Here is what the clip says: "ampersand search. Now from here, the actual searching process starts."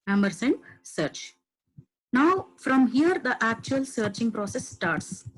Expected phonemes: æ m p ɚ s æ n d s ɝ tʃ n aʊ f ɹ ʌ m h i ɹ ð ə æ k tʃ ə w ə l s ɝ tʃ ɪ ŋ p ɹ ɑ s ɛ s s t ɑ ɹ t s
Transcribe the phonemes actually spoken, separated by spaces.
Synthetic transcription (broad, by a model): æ m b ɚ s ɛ n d s ɝ tʃ n aʊ f ɹ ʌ m h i ɹ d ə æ k tʃ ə ə l s ɝ tʃ ɪ ŋ p ɹ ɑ s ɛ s s t ɑ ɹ t s